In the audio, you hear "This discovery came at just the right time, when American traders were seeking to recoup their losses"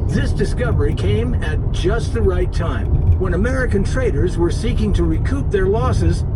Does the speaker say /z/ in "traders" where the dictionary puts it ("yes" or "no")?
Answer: yes